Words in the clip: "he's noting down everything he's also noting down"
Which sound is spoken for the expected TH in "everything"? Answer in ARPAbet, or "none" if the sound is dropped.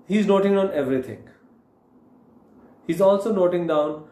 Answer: T